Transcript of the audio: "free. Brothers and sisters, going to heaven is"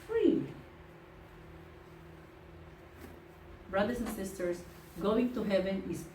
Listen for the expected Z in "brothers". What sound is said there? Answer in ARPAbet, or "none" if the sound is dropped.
S